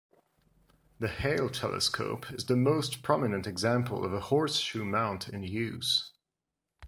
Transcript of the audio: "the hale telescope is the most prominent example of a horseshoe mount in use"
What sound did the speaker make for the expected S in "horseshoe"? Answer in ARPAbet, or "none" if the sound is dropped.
S